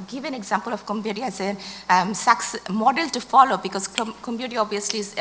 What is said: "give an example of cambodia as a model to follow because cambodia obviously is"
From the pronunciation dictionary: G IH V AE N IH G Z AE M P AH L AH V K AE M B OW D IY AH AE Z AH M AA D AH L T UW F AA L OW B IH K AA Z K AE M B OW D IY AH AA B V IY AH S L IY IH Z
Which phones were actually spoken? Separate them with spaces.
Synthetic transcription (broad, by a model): G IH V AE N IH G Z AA M P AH L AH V K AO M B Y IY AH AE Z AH M AA D AH L T UW F AA L OW B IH K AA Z K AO M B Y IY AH AA B V IY AH S L IY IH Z